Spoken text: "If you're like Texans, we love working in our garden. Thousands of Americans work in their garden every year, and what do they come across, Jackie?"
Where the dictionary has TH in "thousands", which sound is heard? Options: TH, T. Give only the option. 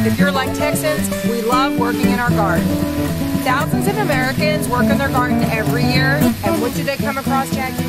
TH